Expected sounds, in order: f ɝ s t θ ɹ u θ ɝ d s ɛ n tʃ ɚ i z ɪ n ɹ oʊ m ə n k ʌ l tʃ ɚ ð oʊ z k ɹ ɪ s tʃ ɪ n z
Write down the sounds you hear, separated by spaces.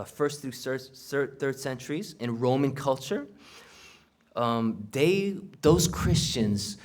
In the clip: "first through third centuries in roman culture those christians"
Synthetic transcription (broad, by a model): f ɝ s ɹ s ɹ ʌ θ ɝ d s ɛ n tʃ ɚ i z ɪ n ɹ oʊ m ə n k ʌ l tʃ ɚ ð oʊ z k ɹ ɪ s tʃ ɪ n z